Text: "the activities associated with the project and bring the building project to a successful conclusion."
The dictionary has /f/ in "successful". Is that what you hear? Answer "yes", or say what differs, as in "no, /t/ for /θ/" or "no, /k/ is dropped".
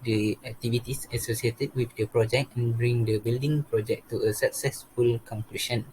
yes